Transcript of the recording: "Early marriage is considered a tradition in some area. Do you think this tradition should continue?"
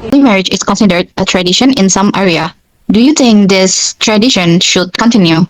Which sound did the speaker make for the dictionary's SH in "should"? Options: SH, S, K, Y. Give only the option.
SH